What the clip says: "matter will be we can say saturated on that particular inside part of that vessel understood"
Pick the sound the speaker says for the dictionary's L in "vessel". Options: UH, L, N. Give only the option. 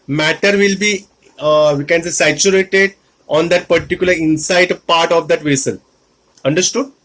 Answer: N